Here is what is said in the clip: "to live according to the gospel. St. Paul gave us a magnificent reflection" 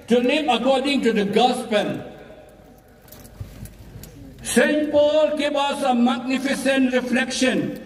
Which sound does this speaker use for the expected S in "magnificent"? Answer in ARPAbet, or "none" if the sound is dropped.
S